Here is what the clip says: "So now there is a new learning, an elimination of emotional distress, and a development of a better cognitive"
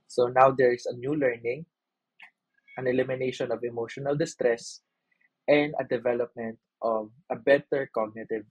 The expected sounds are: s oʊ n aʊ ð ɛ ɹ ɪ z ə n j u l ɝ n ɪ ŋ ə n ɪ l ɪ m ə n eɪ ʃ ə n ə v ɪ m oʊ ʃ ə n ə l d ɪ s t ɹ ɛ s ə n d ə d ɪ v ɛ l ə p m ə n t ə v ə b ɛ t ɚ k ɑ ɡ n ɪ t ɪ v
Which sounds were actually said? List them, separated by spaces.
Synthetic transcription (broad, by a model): s oʊ n aʊ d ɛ ɹ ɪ s ə n j u l ɝ n ɪ ŋ ə n ɪ l ɪ m ə n eɪ ʃ ə n ə v ɪ m oʊ ʃ ə n ə l d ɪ s t ɹ ɛ s ə n d ə d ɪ v ɛ l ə p m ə n t ə v ə b ɛ t ɚ k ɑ ɡ n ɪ t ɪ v